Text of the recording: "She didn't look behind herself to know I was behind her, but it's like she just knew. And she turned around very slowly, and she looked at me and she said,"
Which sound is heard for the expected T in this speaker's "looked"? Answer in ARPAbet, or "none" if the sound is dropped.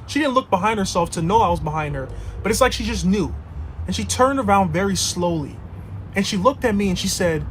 T